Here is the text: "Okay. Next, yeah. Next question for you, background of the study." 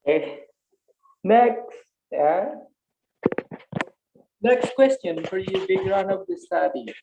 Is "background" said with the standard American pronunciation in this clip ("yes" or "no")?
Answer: no